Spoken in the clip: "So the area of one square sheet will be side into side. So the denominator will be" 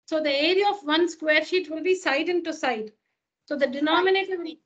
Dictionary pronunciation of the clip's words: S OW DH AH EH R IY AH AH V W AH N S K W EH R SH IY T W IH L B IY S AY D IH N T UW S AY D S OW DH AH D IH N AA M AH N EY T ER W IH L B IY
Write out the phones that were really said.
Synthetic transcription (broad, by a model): S OW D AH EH R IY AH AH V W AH N S K W EH R SH IY T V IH L B IY S AY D IH N T UW S AY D S OW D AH D IH N AA M AH N EY T ER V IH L